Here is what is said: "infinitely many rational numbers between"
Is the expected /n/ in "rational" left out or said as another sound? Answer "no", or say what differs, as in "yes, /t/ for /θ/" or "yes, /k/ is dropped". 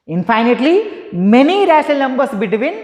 yes, /n/ is dropped